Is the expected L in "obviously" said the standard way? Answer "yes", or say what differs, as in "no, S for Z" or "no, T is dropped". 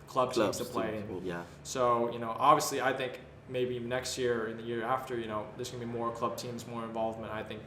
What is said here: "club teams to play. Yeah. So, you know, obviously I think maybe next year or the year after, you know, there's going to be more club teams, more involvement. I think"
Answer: yes